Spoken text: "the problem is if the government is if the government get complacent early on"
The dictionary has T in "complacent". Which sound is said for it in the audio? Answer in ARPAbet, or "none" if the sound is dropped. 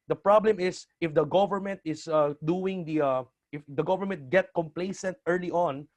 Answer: T